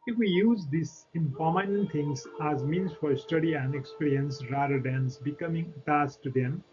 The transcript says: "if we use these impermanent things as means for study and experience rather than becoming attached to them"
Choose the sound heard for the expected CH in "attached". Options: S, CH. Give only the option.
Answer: S